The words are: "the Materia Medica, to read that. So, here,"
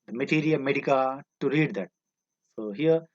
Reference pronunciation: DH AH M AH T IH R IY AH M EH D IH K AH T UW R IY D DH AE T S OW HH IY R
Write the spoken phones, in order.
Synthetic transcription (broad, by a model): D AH M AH T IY R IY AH M EH D IH K AH T UW R IY D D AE T S OW HH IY R